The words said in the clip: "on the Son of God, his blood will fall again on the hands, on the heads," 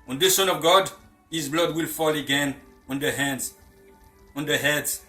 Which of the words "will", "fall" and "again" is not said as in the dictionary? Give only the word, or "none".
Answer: none